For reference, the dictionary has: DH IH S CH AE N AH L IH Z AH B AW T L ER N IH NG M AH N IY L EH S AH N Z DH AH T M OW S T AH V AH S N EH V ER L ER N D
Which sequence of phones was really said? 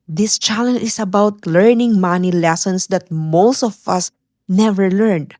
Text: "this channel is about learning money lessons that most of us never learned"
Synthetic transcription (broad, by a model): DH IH S CH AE L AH N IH S AH B AW T L ER N IH NG M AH N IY L EH S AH N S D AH T M OW S T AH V AH S N EH V ER L ER N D